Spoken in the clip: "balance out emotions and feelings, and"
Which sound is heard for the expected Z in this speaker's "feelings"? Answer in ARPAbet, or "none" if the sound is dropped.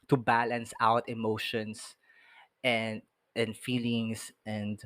S